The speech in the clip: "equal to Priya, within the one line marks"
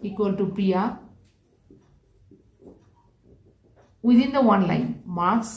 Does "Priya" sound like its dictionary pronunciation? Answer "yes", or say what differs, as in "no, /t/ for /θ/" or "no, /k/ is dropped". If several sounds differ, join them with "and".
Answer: no, /ɹ/ is dropped